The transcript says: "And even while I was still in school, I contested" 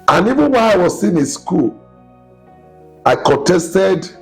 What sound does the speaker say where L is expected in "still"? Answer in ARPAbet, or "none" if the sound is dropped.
N